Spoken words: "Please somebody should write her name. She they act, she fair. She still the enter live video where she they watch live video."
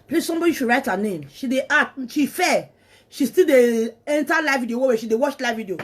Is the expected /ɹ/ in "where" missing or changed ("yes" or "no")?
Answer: yes